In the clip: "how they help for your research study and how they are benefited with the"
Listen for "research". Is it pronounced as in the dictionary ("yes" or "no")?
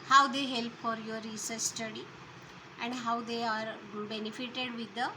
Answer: no